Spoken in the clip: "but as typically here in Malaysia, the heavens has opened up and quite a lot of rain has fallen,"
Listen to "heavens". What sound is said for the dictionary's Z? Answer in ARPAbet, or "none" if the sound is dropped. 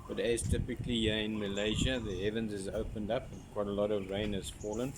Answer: Z